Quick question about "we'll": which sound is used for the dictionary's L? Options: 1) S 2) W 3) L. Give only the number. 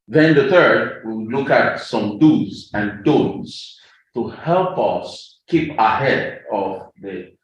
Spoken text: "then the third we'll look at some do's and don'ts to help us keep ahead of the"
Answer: 2